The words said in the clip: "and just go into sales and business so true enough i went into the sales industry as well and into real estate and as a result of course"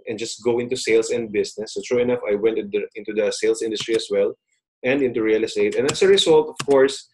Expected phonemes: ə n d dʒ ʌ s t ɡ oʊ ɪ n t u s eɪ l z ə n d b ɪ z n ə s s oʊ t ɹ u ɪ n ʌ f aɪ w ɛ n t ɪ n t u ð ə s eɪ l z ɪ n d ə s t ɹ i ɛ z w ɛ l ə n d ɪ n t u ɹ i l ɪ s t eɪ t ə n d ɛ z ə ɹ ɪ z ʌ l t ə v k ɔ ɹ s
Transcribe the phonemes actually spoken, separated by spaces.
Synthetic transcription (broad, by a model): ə n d dʒ ʌ s t ɡ oʊ ɪ n t u s eɪ l s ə n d b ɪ s n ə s s oʊ t ɹ u ɪ n ʌ f aɪ w ɛ n t ɪ n t u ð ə s eɪ l s ɪ n d ə s t ɹ i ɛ s w ɛ l ə n d ɪ n t u ɹ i l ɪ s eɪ t ə n d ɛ s ə ɹ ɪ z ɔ l t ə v k ɔ ɹ s